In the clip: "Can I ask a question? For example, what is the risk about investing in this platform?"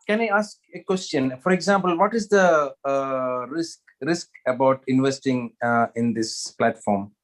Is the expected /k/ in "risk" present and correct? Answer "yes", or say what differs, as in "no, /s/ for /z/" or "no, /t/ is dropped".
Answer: yes